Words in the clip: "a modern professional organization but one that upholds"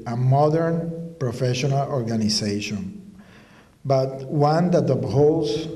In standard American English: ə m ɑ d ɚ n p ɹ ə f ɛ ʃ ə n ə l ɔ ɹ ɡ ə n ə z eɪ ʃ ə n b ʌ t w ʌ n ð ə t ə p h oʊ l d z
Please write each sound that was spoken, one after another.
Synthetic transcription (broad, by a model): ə m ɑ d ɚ n p ɹ ə f ɛ ʃ ə n ə l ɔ ɹ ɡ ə n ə s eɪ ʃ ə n b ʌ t w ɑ n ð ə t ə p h oʊ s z